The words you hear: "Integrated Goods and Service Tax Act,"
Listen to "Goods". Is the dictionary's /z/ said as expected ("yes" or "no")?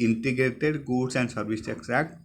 no